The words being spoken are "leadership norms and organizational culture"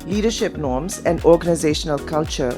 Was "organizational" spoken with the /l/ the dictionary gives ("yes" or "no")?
yes